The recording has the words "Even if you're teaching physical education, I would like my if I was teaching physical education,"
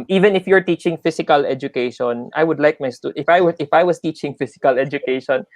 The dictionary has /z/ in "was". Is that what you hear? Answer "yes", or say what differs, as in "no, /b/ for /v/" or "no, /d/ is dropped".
no, /s/ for /z/